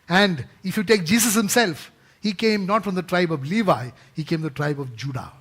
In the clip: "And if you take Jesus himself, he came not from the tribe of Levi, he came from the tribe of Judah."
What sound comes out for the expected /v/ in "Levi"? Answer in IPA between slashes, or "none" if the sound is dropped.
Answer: /v/